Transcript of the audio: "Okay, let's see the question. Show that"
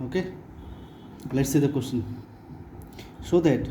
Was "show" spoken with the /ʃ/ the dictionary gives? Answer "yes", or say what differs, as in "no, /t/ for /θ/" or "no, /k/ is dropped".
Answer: no, /s/ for /ʃ/